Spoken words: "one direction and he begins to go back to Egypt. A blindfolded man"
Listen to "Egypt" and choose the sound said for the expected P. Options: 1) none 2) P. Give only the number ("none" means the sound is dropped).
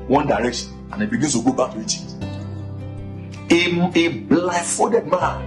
1